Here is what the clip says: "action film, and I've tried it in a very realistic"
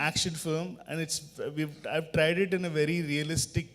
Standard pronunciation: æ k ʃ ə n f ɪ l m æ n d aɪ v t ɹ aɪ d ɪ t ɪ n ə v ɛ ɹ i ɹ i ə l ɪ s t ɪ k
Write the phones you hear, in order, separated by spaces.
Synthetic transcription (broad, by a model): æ k ʃ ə n f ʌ m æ n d aɪ v t ɹ aɪ d ɪ t ɪ n ə v ɛ ɹ i ɹ i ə l ɪ s t ɪ k